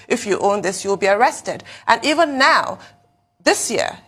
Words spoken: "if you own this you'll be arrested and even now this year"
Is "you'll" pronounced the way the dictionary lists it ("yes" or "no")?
yes